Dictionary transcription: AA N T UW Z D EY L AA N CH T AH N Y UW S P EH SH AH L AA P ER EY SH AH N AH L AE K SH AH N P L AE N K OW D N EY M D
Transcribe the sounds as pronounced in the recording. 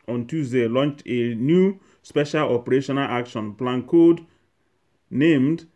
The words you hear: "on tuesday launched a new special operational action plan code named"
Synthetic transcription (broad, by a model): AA N T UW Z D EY L AA N CH T AH N Y UW S P EH SH AH L AA P ER EY SH AH N AH L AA K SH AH N P L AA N K OW D N EY M D